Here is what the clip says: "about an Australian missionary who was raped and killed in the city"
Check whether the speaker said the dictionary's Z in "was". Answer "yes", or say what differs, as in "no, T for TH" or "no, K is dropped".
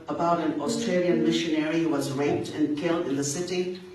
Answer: yes